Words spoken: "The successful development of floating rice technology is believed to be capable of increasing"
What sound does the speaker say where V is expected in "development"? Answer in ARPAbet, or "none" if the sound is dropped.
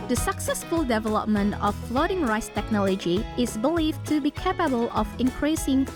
V